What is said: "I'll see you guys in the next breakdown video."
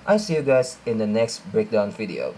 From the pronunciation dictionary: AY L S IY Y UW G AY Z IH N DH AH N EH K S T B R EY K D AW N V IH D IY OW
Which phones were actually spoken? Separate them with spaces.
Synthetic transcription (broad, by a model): AY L S IY Y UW G AY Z IH N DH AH N EH K S T B R EY K D AW N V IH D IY OW